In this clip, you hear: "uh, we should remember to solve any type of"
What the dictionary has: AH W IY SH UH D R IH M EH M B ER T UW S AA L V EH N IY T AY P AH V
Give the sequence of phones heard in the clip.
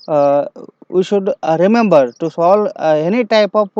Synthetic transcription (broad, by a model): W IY SH UH D R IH M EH M B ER T UW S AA L EH N IY T AY P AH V